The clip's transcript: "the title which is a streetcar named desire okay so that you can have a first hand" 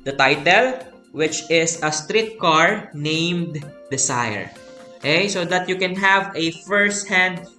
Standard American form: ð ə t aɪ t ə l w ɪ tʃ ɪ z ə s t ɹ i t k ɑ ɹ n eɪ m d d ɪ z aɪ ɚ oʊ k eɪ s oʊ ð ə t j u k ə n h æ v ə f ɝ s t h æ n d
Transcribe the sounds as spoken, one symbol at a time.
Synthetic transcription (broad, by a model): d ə t aɪ t ə l w ɪ tʃ ɪ s ə s t ɹ i t k ɑ ɹ n eɪ m d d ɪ s aɪ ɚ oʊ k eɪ s oʊ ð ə t j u k ə n h æ v ə f ɝ s t h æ n d